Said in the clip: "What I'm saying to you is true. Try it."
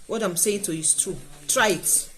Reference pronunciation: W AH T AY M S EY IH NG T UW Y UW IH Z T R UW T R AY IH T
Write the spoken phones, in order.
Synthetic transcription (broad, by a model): W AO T AY M S EY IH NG T UW Y UW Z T UW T R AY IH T